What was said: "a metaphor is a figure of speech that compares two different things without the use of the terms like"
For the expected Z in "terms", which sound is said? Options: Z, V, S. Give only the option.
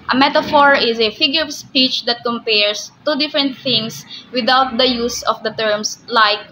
S